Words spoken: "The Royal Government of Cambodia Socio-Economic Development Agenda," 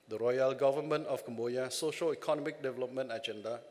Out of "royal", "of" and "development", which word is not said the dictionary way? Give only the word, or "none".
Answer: of